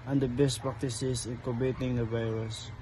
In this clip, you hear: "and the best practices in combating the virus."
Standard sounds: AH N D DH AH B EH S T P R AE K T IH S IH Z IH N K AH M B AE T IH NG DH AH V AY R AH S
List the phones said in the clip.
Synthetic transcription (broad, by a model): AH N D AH B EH S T P R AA K T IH S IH S IH N K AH B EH T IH NG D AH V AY R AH S